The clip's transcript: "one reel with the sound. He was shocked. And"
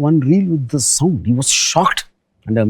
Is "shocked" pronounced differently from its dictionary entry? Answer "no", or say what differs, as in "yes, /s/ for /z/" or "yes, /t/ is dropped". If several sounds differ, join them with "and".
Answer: no